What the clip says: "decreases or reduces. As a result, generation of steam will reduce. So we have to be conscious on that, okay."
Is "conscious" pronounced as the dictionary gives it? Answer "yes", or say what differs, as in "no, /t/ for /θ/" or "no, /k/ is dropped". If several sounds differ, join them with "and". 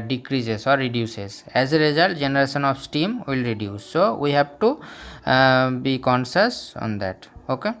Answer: no, /s/ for /ʃ/